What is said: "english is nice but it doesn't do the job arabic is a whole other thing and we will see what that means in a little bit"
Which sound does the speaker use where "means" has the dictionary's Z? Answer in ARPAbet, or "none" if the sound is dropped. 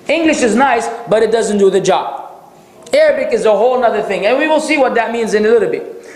Z